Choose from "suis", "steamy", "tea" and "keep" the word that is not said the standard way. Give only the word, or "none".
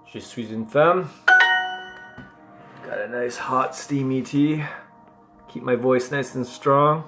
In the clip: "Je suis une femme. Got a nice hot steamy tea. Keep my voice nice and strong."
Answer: none